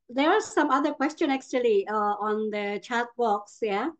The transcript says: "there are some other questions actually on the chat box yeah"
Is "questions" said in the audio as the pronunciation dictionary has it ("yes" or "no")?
no